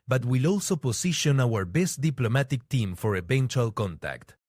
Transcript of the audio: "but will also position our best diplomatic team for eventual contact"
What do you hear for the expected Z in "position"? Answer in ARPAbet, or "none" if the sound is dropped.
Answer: S